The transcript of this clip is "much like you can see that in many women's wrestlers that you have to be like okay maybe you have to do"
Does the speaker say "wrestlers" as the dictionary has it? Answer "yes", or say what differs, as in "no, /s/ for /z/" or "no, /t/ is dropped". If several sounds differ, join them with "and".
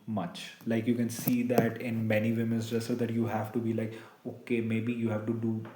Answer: no, /l/ is dropped